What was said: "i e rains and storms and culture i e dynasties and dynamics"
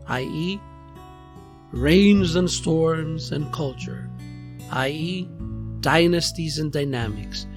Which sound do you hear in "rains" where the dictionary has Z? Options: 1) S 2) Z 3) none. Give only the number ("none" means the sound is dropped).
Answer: 2